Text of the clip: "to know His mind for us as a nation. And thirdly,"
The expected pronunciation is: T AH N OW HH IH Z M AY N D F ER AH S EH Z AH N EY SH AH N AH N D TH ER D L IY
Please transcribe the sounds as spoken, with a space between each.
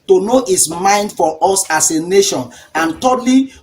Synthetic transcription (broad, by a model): T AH N OW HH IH S M AY N D F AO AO S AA S AH N EY SH AH N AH N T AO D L IY